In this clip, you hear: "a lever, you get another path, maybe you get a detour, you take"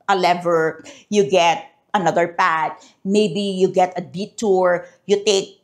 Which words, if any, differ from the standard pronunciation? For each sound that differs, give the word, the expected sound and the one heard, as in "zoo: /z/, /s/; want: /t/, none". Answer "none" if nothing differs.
path: /θ/, /t/